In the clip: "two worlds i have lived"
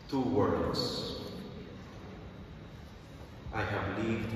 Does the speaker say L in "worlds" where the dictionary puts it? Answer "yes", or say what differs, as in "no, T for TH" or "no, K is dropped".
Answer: no, L is dropped